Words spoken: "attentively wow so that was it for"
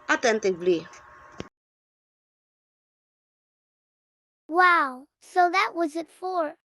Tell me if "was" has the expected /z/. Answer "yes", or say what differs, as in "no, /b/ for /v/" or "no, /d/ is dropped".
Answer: yes